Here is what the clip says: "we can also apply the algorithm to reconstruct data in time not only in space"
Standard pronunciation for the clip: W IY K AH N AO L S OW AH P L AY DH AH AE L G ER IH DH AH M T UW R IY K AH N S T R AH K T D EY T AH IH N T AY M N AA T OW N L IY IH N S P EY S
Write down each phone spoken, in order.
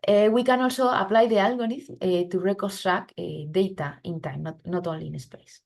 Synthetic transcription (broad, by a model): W IY K AH N AO L S OW AH P L AY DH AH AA L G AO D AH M T UW R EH K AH S T R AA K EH D EY T AH IH N T AY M N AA T OW N L IY N S P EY S